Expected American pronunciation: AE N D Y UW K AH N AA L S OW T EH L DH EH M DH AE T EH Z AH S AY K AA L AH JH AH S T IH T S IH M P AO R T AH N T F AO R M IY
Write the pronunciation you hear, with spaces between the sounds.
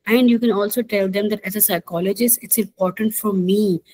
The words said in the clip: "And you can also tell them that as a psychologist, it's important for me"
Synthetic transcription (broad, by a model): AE N D Y UW K AH N AA L S OW T EH L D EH M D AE T EH Z AH S AY K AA L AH JH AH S IH T S IH M P AO R T AH N T F AO R M IY